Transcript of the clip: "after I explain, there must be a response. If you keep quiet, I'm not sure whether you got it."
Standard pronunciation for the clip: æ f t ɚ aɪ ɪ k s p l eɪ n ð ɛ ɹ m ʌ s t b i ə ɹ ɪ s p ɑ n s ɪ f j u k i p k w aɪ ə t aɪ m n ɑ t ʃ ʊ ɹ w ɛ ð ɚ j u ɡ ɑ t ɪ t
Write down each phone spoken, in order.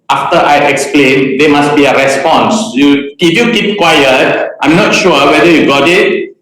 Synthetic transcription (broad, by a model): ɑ f t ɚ aɪ ɪ k s p l eɪ n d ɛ m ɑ s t b i ə ɹ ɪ s p ɑ n s ɪ f j u k i p k w aɪ ə t aɪ m n ɑ t ʃ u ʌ w ɛ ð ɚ j u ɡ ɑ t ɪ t